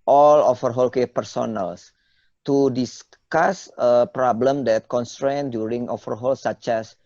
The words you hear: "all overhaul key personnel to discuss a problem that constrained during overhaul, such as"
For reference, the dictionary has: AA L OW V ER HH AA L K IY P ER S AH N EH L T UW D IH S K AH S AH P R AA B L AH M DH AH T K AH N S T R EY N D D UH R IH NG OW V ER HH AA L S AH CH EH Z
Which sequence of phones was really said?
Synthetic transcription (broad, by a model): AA L OW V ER HH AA L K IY P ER S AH N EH L T UW D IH S K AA S AH P R AA B L AH M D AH T K AH N S T R EY N D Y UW R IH NG OW F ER HH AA L S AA CH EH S